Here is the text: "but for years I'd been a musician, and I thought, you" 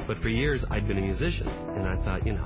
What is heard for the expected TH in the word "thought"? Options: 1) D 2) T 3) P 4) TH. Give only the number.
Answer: 4